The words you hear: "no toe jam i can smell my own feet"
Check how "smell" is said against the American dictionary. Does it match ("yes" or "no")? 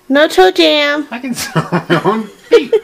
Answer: no